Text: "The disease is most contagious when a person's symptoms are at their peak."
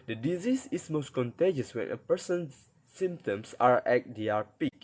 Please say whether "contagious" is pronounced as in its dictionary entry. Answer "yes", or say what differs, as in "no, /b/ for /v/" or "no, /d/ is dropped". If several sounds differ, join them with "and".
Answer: yes